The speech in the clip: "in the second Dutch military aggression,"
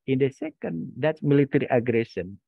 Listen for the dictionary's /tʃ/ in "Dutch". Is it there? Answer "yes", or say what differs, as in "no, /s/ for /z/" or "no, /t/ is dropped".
no, /s/ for /tʃ/